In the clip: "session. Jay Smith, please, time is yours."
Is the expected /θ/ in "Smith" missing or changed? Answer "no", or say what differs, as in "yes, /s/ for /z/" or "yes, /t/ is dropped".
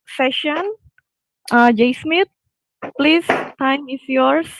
yes, /t/ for /θ/